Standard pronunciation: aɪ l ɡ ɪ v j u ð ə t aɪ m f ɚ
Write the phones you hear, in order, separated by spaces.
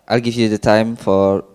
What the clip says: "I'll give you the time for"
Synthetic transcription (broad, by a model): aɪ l ɡ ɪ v j u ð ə t aɪ m f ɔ